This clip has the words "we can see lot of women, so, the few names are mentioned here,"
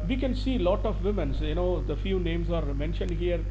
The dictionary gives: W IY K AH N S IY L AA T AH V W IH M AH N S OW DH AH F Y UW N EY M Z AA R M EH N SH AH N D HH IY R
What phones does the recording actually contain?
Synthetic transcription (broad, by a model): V IY K AH N S IY L AA T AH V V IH M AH N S OW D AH F Y UW N EY M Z AA R M EH N SH AH N D HH IY R